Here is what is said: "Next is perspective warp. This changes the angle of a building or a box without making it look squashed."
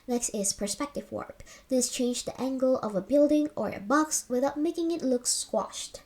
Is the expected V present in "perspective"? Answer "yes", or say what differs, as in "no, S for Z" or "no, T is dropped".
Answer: yes